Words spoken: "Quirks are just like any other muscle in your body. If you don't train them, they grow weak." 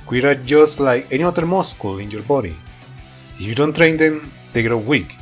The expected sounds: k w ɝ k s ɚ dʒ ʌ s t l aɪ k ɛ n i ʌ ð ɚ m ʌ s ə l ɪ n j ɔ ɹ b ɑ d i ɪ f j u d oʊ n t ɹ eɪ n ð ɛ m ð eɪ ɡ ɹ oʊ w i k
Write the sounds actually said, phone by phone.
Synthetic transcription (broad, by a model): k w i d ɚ dʒ ʌ s t l aɪ k ɛ n i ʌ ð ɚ m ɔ s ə l ɪ n j ɔ ɹ b ɑ d i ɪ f j u d oʊ n t ɹ eɪ n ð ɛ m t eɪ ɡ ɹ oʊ w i k